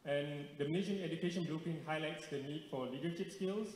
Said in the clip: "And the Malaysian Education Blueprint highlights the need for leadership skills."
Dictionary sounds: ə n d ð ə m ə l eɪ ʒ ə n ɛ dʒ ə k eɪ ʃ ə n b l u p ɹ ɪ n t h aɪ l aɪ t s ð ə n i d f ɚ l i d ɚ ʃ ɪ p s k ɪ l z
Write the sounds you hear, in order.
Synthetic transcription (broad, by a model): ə n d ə m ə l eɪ ʃ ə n ɛ dʒ ə k eɪ ʃ ə n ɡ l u p ɪ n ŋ h aɪ l aɪ t s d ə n i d f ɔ l i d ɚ ʃ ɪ p s k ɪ l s